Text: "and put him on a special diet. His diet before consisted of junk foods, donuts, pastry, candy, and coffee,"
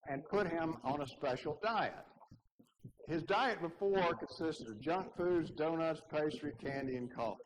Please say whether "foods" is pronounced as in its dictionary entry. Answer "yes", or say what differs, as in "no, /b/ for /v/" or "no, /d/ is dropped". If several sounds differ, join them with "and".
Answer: yes